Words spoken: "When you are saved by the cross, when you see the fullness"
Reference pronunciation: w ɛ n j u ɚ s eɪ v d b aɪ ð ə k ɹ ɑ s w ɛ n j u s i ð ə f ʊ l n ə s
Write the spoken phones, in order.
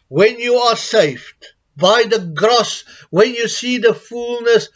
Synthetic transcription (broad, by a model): w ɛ n j u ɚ s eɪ f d b aɪ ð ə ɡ ɹ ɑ s w ɛ n j u s i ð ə f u l n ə s